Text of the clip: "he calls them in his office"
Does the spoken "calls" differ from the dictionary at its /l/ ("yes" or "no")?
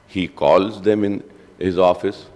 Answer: no